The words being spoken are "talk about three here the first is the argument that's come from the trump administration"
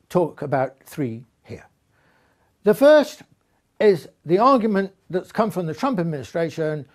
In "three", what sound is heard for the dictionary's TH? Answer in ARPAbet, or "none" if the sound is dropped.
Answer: TH